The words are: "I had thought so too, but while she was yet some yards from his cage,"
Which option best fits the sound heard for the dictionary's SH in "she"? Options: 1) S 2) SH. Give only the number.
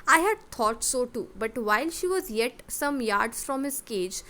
2